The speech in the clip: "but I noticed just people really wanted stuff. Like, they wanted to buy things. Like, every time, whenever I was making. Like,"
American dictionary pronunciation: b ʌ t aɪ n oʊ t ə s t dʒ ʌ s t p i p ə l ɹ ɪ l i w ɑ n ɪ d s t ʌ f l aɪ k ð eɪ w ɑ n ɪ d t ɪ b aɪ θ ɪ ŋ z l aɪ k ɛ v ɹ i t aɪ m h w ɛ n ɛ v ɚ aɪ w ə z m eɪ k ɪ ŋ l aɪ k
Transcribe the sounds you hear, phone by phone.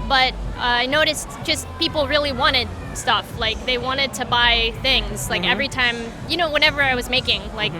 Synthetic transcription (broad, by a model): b ʌ t aɪ n oʊ t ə s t dʒ ʌ s t p i p l ɹ ɪ l i w ɑ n ɪ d s t ʌ f l aɪ k ð eɪ w ɑ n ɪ d t ɪ b aɪ θ ɪ ŋ z l aɪ k ɛ v ɹ i t aɪ m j w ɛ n ɛ v ɚ aɪ w ə z m eɪ k ɪ ŋ l aɪ k